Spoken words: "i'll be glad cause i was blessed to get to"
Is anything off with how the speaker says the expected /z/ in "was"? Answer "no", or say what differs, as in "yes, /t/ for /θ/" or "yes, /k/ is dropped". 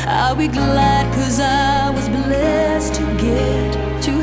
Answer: no